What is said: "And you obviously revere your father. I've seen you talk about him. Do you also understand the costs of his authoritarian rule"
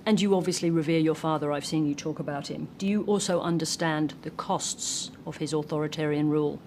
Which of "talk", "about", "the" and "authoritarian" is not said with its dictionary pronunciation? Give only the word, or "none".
none